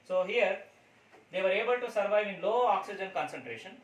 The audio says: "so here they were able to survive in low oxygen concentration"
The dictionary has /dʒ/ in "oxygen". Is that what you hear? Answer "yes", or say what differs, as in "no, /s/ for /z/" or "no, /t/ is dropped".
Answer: yes